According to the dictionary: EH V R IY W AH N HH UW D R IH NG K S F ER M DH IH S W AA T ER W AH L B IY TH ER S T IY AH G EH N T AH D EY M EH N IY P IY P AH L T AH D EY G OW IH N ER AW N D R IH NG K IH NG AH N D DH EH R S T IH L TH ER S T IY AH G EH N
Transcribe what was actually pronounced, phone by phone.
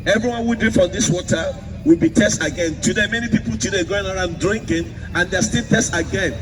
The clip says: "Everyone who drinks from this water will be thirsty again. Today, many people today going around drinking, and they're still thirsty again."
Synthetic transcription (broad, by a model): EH V R IY W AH N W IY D IH F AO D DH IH S W AA T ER W AH L B IY T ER S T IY G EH N T AH D EY M EH N IY P IY P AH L T AH D EY G OW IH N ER AW N D R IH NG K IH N AH N D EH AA S T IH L T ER S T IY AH G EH N